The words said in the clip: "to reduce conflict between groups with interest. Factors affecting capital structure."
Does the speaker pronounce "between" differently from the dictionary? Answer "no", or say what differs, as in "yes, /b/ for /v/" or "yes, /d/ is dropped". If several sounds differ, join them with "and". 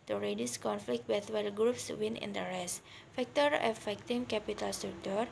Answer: yes, /l/ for /n/